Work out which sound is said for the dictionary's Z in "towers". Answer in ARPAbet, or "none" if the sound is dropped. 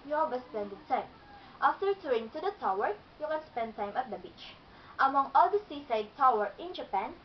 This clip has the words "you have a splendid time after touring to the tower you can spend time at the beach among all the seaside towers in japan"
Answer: none